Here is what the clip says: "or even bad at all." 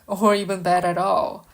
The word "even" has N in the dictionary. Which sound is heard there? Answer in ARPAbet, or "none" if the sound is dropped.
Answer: N